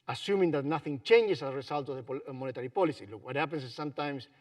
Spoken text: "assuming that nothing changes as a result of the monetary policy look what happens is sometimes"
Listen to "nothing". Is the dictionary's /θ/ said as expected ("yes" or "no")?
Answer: yes